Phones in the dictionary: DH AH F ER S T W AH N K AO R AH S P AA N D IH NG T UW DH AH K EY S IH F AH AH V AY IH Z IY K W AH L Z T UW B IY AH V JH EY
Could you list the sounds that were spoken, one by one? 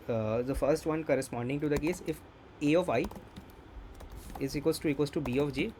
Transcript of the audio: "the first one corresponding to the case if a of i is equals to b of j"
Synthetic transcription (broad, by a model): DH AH F ER S T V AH N K AO R AH S P AA N D IH NG T UW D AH K EY S IH F AH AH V AY IH Z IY K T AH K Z T UW B IY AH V JH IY